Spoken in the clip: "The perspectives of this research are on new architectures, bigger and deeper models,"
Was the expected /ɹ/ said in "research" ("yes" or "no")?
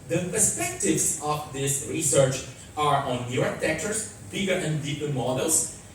yes